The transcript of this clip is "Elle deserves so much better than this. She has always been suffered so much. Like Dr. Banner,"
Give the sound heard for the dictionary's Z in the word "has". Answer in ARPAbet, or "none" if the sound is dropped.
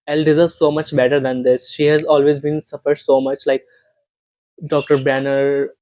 Z